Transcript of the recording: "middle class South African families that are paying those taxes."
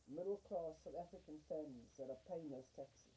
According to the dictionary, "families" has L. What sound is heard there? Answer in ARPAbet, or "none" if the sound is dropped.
none